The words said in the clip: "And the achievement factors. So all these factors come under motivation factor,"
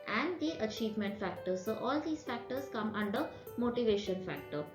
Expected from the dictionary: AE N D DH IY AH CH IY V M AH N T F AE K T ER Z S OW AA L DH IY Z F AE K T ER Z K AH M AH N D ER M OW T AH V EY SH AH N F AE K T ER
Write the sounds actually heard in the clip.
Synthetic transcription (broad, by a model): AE N D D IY AH CH IY V M AH N T F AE K T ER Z S OW AA L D IY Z F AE K T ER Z K AH M AH N D ER M OW T AH V EY SH AH N F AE K T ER